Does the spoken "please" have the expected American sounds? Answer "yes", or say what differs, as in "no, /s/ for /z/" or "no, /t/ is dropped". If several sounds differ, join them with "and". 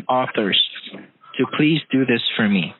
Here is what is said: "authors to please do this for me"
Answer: yes